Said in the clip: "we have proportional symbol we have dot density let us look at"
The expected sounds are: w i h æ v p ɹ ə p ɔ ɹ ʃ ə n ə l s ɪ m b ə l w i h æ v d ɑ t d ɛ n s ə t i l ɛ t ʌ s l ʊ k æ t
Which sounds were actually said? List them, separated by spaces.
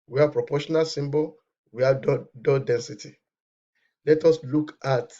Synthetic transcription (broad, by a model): w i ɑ p ɹ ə p ɔ ʃ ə n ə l s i m b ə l w i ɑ d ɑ d ɛ n s ə t i l ɛ t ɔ s l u k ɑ t